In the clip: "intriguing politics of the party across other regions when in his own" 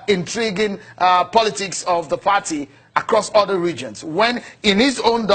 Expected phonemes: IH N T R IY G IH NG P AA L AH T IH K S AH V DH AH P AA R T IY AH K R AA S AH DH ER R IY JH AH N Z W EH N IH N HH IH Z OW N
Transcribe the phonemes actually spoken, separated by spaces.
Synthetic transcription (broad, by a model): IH N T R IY G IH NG P AA L AH T IH K S AH V DH AH P AA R T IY AH K R AA S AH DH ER R IY JH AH N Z W EH N IH N HH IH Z OW N